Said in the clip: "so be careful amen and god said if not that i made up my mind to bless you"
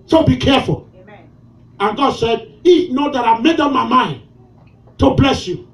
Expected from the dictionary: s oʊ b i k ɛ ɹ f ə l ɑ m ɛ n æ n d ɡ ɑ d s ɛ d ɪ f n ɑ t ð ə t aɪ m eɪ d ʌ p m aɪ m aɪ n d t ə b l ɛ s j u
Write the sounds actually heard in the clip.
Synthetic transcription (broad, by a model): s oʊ b i k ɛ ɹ f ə l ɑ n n ɡ ɑ d s ɛ d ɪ n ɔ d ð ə t aɪ m eɪ d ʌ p m aɪ m aɪ n d t ə b l ɛ s j u